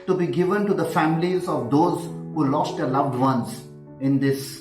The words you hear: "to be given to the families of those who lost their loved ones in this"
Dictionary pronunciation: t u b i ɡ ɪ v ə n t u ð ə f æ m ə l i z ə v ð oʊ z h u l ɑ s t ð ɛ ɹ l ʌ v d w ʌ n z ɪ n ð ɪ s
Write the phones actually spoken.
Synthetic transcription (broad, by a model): t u b i ɡ ɪ v ə n t u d ə f æ m ə l i z ə v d oʊ z h u l ɑ s t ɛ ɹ l ʌ v d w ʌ n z ɪ n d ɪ s